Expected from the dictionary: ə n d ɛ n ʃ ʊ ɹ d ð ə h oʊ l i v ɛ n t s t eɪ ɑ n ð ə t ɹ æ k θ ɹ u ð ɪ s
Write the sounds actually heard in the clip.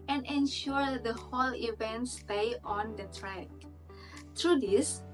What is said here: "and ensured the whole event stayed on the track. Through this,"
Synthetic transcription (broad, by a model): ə n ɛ n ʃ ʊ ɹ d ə h oʊ l i v ɛ n t s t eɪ ɑ n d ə t ɹ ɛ k t ɹ u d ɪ s